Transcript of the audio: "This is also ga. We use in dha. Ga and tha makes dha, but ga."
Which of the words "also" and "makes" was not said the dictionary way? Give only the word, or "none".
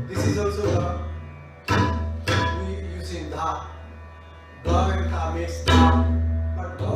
makes